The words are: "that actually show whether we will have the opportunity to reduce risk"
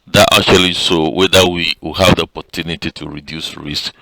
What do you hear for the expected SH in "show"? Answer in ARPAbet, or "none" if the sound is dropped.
S